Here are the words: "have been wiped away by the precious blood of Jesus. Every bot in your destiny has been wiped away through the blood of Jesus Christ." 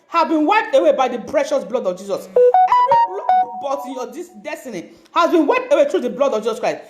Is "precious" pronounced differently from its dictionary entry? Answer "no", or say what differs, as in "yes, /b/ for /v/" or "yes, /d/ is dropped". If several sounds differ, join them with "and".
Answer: no